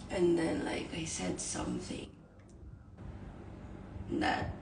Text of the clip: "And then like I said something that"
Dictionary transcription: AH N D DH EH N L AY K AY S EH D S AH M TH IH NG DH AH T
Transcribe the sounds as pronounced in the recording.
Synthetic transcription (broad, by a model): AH N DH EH N L AY K AY S EH D S AH M TH IH NG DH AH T